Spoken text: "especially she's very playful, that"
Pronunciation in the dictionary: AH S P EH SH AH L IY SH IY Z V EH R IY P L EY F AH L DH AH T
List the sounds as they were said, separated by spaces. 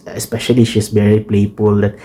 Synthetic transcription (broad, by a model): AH S P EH SH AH L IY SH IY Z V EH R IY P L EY P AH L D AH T